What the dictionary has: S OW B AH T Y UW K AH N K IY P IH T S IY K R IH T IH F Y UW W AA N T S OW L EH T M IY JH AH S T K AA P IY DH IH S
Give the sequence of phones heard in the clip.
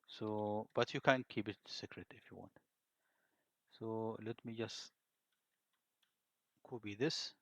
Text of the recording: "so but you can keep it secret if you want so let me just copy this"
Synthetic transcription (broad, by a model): S OW B AH T Y UW K AH N K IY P IH T S IY K R IH T IH F Y UW W AA N T S OW L EH T M IY JH AH S T K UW B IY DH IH S